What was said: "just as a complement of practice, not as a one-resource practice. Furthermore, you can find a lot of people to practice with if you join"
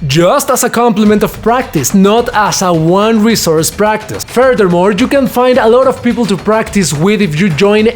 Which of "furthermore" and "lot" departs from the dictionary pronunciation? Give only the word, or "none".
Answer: none